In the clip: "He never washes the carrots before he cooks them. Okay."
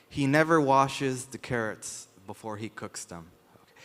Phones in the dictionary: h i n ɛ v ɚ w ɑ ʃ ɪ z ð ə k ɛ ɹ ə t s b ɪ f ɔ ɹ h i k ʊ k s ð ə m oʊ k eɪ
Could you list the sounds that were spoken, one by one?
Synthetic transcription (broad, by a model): h i n ɛ v ɚ w ɑ ʃ ɪ z ð ə k ɛ ɹ ə t s b ɪ f ɔ ɹ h i k ʊ k s ð ə m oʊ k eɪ